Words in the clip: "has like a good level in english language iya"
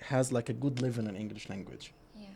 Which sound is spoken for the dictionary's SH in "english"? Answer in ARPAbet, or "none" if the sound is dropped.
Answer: SH